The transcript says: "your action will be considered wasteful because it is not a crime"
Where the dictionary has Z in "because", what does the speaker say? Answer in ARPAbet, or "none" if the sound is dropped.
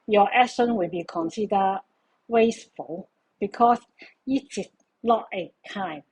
S